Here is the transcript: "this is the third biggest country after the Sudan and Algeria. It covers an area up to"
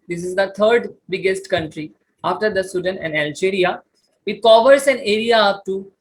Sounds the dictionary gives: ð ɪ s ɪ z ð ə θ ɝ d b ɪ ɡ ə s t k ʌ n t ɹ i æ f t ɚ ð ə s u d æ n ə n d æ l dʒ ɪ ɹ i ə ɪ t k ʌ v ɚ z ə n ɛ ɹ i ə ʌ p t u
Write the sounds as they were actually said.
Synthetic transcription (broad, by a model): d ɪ s ɪ z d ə t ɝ d b ɪ ɡ ə s t k ʌ n t ɹ i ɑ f t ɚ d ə s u d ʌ n ə n d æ l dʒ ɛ ɹ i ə ɪ t k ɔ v ɚ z ə n ɛ ɹ i ə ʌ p t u